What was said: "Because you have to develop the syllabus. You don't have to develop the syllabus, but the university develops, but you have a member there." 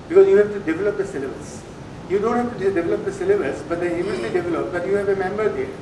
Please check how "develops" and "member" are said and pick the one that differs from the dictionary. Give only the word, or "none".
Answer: develops